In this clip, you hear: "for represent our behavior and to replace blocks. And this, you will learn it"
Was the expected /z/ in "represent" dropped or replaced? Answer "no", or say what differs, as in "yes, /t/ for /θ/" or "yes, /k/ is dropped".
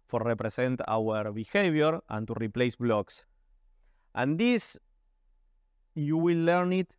yes, /s/ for /z/